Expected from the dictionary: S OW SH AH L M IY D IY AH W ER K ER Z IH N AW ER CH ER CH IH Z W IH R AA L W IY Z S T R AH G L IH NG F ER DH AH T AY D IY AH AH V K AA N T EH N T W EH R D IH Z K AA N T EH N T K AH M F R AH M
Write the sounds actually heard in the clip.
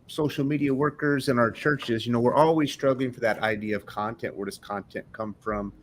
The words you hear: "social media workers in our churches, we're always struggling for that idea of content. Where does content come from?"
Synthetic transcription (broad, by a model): S OW SH L M IY D IY AH W ER K ER Z IH N AW ER CH ER CH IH Z W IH R AA L W IY Z S T R AH G L IH NG F ER DH AH T AY D IY AH AH V K AA N T EH N T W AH R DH IH S K AA N T EH N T K AH M F R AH M